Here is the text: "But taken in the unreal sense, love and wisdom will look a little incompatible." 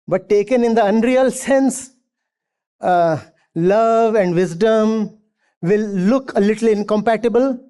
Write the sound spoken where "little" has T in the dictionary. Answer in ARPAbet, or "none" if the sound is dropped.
T